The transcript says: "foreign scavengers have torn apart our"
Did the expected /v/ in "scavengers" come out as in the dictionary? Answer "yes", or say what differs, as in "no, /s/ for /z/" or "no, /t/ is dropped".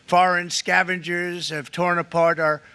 yes